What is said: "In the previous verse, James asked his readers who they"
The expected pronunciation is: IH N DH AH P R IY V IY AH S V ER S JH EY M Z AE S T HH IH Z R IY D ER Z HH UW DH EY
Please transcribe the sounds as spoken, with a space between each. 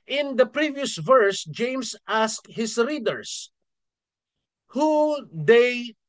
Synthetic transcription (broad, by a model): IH N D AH P R IY V IY AH S V ER S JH EY M S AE S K HH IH S R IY D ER S HH UW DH EY